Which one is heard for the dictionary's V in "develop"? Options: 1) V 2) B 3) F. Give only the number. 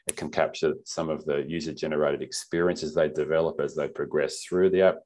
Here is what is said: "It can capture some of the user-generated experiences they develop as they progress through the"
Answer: 1